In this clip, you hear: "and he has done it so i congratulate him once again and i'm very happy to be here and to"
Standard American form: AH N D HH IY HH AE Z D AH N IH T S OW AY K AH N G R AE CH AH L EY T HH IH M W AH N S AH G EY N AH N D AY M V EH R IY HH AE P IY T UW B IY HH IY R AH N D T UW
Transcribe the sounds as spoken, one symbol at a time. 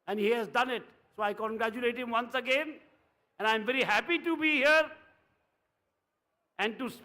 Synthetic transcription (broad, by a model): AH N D HH IY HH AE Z D AH N IH T S OW AY K AH N G R AE CH AH L EY T HH IH M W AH N S AH G EY N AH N AY M V EH R IY HH AE P IY T UW B IY HH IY R AH N D T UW